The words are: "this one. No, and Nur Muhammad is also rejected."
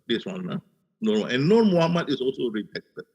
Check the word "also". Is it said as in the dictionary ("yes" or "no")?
yes